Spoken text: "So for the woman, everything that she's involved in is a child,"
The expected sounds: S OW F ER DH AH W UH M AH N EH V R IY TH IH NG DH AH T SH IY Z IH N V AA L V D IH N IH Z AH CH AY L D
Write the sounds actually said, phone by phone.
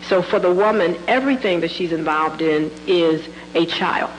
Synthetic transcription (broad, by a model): S OW F ER DH AH W UH M AH N EH V R IY TH IH NG DH AH T SH IY Z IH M V AA L V D IH N IH Z AH CH AY L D